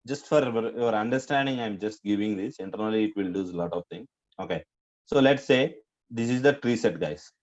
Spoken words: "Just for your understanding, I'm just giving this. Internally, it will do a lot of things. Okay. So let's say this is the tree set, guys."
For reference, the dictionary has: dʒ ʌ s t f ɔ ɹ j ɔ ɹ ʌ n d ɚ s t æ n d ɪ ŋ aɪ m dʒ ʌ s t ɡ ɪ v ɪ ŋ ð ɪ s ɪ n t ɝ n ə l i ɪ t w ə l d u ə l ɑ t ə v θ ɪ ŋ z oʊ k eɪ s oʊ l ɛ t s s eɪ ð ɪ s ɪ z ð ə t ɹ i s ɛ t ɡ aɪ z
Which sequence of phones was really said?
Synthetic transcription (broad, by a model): dʒ ʌ s t f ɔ ɹ j ɔ ɹ ʌ n d ɚ s t æ n d ɪ ŋ aɪ m dʒ ʌ s t ɡ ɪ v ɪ ŋ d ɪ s ɪ n t ɝ n ə l i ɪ t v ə l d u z l ɑ t ə v t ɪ ŋ oʊ k eɪ s oʊ l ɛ t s s eɪ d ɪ s ɪ z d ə t ɹ i s ɛ t ɡ aɪ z